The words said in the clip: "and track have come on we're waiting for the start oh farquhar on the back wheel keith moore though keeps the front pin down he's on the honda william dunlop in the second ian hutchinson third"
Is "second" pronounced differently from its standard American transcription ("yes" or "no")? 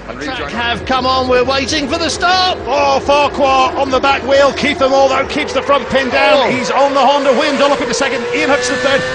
no